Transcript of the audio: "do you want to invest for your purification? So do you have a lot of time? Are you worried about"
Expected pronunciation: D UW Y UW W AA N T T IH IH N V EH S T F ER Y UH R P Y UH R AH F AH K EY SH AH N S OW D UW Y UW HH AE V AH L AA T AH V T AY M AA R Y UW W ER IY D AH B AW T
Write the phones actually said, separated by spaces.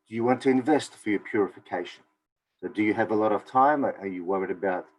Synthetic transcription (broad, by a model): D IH Y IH W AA N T T IH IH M V EH S T F ER Y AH R P Y UH R AH F AH K EY SH AH N S OW D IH Y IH V AH L AA T AH V T AY M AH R Y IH W ER IY D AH B AW T